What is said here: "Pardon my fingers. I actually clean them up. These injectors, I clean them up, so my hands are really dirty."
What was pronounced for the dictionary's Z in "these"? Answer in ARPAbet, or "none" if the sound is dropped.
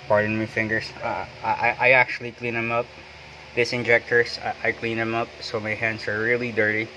S